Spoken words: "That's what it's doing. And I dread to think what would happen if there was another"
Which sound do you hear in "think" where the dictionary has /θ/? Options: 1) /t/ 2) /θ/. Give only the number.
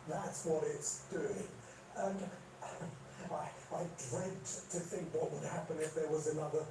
2